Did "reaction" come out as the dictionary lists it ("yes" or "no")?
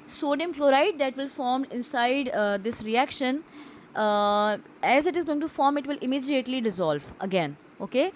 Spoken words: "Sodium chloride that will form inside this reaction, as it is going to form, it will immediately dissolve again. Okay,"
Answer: yes